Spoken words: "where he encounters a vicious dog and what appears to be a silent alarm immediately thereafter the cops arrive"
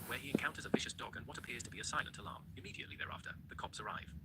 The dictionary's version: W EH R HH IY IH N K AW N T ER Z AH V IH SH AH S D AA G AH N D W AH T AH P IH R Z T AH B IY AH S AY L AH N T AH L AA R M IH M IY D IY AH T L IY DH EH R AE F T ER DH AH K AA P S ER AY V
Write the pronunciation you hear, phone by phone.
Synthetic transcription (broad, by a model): W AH R IY IH N K AW N T ER Z AH V IH SH AH S D AA G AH N W AH T AH P IH R Z T AH B IY AH S AY L AH N T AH L AA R M IH M IY D IY AH T L IY DH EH R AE F T ER DH AH K AA P S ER AY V